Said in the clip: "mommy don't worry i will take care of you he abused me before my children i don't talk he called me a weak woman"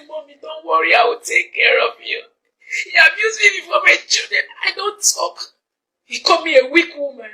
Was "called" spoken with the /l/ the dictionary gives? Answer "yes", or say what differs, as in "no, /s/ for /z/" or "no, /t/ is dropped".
no, /l/ is dropped